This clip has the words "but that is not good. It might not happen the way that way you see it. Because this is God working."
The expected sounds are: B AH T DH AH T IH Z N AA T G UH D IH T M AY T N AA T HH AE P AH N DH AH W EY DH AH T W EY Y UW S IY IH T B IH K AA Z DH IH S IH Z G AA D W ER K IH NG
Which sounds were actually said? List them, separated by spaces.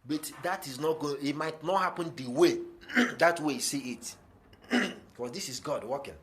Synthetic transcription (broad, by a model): B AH T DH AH T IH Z N AA T G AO IH T M AY T N AA T HH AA P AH N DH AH W EY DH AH T W EY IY S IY IH T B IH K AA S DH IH S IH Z G AA D W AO K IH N